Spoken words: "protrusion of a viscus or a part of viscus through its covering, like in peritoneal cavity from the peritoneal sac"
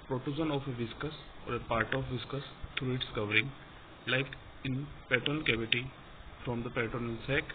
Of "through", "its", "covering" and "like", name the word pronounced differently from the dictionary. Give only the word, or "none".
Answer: through